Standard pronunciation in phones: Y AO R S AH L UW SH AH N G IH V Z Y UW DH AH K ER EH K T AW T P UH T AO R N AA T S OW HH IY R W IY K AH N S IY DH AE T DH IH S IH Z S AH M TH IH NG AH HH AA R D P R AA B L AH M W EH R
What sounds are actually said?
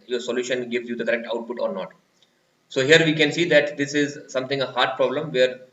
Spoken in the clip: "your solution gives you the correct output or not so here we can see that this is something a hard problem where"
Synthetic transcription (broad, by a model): Y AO R S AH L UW SH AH N G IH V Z Y UW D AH K ER EH K T AW T P UH T AO R N AA T S OW HH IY R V IY K AH N S IY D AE T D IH S IH Z S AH M T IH NG AH HH AA R D P R AA B L AH M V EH R